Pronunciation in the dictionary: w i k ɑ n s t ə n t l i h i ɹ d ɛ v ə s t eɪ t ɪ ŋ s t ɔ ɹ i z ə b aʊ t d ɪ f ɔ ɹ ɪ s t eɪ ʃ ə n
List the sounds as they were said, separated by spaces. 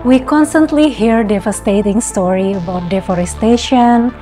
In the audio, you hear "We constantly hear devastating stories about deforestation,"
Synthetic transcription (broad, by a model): w i k ɑ n s t ə n t l i h i ɹ d ɛ v ə s t eɪ t ɪ ŋ s t ɔ ɹ i ə b aʊ t d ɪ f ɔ ɹ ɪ s t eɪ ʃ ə n